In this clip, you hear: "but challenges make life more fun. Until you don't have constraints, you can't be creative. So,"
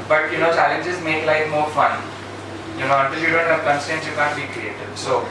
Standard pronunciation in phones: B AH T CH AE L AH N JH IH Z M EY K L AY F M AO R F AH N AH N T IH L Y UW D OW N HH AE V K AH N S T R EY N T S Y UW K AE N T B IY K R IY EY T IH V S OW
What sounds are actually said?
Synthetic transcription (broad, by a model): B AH T CH AE L AH N JH IH Z M EY K L AY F M AO R F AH N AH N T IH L Y UW D OW N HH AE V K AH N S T EY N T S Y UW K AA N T B IY K R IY EY T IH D S OW